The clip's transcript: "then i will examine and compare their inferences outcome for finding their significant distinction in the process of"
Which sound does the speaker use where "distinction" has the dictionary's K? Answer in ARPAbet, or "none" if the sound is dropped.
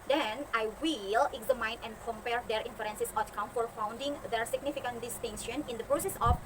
none